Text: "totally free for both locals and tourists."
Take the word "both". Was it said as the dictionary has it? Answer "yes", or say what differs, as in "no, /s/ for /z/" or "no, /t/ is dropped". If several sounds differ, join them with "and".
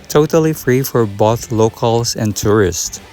yes